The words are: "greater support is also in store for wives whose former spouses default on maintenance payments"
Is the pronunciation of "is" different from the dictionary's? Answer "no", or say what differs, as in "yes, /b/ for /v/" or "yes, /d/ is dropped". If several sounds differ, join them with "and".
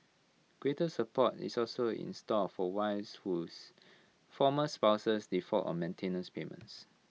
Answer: yes, /s/ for /z/